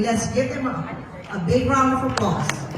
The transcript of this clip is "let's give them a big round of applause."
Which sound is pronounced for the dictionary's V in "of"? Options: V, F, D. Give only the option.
F